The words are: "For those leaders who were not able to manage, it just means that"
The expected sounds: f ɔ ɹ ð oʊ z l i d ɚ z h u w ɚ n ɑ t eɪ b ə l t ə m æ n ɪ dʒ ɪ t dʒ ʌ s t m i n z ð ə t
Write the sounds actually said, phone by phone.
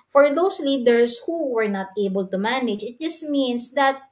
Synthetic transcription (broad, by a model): f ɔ ɹ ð oʊ s l i d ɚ s h u w ɚ n ɑ t eɪ b ə l t ə m æ n ɪ dʒ ɪ t dʒ ʌ s t m i n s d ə t